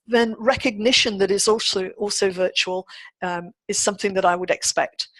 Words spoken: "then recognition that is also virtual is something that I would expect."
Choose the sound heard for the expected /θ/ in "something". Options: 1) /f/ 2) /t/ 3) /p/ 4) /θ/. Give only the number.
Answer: 4